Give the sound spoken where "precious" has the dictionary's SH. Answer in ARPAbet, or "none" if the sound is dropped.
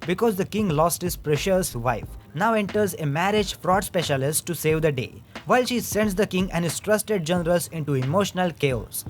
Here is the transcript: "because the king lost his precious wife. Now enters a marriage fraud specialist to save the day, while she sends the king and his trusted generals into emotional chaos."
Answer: SH